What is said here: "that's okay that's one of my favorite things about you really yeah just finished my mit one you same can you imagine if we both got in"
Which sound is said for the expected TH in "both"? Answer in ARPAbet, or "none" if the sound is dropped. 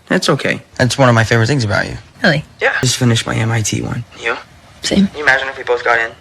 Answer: TH